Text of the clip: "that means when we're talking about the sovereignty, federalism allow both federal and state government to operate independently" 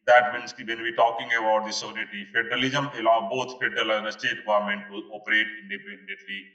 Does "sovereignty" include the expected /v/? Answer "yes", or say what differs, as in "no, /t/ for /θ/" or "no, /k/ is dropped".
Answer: no, /v/ is dropped